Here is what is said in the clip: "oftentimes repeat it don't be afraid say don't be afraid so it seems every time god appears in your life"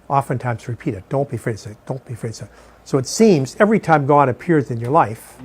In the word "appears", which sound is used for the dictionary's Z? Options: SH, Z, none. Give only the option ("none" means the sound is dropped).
Z